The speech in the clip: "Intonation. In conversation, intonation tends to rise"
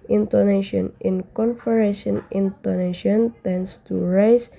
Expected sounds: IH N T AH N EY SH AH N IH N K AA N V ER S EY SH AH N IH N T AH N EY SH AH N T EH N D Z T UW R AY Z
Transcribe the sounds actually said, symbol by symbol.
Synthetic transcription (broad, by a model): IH N T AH N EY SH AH N IH N K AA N F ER EY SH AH N IH N T AH N EY SH AH N T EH N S T UW R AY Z